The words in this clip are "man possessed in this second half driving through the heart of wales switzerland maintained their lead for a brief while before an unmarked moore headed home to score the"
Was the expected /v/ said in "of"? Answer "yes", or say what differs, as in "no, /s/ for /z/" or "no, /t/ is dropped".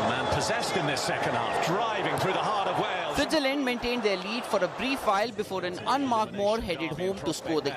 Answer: yes